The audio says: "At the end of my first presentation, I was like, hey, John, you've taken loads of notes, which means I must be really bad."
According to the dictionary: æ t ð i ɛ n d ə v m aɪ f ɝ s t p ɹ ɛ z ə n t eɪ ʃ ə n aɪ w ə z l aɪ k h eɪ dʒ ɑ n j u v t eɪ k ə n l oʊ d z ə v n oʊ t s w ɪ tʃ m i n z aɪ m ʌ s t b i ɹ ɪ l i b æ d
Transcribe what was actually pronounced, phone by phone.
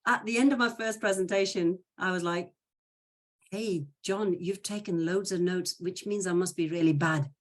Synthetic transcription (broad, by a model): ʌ t ð i ɛ n d ə v m aɪ f ɝ s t p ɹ ɛ z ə n t eɪ ʃ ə n aɪ w ə z l aɪ k h eɪ dʒ ɑ n j u v t eɪ k ə n l oʊ d z ə v n oʊ t s w ɪ tʃ m i n z aɪ m ʌ s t b i ɹ ɪ l i b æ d